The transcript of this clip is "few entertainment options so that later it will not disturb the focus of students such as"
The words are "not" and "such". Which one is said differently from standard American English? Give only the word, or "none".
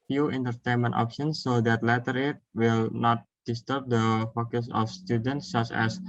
none